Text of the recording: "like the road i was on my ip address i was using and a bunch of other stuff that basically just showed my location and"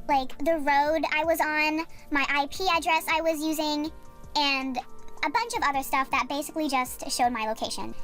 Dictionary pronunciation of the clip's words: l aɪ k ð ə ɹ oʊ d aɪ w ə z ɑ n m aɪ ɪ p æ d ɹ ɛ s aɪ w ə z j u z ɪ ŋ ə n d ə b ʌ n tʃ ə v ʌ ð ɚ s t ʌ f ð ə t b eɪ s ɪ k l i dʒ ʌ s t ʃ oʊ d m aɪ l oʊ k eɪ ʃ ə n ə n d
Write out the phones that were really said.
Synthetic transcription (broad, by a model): l aɪ k ð ə ɹ oʊ d aɪ w ə z n m aɪ ɪ p æ d ɹ ɛ s aɪ w ə z j u z ɪ ŋ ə n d ə b ʌ n tʃ ə v ʌ ð ɚ s t ʌ f ð ə t b eɪ s ɪ k l i dʒ ʌ s t ʃ oʊ d m aɪ l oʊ k eɪ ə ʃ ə n